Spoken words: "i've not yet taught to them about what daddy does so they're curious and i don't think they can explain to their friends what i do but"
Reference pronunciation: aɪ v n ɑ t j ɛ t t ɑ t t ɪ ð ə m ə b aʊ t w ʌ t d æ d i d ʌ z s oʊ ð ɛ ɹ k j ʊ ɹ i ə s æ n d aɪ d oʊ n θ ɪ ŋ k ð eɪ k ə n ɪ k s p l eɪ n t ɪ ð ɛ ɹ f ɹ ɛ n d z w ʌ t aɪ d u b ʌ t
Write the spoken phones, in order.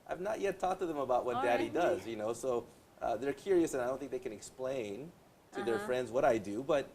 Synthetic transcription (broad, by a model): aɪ v n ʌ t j ɛ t t ɑ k t ɪ ð ə m ə b aʊ t w ʌ t d æ d i d ʌ z s oʊ ð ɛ ɹ k j ʊ ɹ i ə s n aɪ d oʊ n θ ɪ ŋ k ð eɪ k ə n ɪ k s p l eɪ n t ɪ ð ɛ ɹ f ɹ ɛ n d z w ʌ t aɪ d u b ʌ t